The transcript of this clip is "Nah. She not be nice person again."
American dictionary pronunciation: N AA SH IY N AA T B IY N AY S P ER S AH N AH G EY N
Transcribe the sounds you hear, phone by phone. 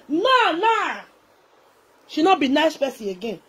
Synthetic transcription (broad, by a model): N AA SH IY N AA T B IY N AY S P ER S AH AH G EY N